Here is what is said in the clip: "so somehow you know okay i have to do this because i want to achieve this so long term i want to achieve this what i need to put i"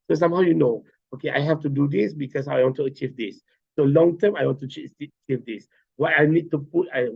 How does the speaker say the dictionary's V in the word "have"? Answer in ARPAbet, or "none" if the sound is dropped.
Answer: F